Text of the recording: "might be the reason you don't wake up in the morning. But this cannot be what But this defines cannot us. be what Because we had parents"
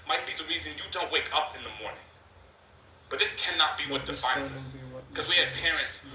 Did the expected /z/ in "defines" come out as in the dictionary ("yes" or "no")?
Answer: yes